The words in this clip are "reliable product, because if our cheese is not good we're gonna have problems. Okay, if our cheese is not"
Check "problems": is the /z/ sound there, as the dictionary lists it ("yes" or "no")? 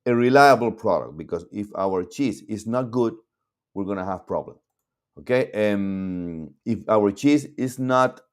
no